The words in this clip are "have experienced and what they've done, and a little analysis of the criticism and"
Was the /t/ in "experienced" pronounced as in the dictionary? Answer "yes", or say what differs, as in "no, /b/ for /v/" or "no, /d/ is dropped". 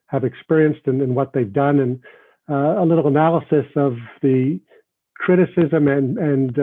yes